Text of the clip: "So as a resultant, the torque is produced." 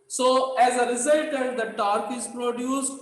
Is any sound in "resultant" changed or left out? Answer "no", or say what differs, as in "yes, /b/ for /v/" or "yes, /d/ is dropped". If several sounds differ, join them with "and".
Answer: yes, /n/ is dropped